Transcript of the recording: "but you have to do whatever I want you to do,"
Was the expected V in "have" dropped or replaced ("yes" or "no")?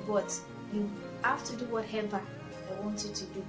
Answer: yes